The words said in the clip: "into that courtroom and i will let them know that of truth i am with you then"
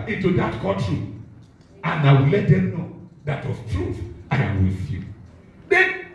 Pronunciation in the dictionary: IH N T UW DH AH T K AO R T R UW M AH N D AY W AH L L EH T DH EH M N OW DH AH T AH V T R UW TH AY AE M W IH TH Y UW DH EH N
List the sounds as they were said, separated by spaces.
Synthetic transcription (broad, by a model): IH N T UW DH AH T K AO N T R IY AH N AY W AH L L EH T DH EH M N OW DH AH T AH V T R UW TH AY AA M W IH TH Y UW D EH